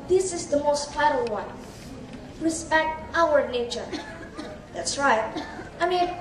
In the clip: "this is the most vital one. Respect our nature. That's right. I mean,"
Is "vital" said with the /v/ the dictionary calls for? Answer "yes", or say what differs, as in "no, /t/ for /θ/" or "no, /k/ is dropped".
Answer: no, /f/ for /v/